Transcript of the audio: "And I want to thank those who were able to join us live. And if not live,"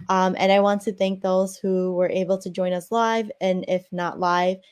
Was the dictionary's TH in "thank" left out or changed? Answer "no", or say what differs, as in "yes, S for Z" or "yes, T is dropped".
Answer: no